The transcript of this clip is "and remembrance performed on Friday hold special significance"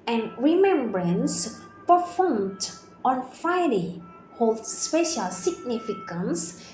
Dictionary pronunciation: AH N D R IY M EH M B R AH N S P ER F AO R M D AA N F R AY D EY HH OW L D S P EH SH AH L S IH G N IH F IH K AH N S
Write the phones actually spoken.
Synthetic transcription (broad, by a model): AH N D R IY M EH M B R AH N S P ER F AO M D AA N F AY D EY HH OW L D S P EH SH AH L S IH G N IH F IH K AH N S